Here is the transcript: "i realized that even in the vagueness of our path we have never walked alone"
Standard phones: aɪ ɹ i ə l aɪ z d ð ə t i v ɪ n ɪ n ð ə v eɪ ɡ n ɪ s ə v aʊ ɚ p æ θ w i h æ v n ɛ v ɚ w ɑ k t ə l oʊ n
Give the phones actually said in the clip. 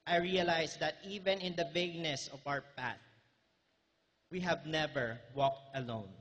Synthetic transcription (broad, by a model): aɪ ɹ i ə l aɪ s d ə t i v ɪ n ɪ n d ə v eɪ ɡ n ɪ s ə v aʊ ɚ p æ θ w i h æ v n ɛ v ɚ w ɑ k t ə l oʊ n